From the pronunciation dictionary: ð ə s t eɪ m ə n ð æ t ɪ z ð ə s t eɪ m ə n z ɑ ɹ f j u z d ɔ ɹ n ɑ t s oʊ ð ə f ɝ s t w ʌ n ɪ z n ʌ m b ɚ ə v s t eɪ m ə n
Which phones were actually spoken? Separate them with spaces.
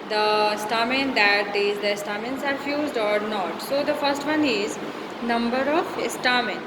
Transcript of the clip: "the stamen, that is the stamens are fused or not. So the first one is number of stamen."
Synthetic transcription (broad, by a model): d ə s t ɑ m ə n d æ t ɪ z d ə s t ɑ m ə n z ɑ ɹ f j u z d ɔ ɹ n ɑ t s oʊ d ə f ɝ s t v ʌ n ɪ z n ʌ m b ɚ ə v s t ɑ m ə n